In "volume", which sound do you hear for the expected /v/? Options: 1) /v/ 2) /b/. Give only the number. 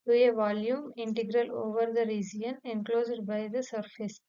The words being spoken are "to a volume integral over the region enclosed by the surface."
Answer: 1